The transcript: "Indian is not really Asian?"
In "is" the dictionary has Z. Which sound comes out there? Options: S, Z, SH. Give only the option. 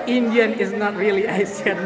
Z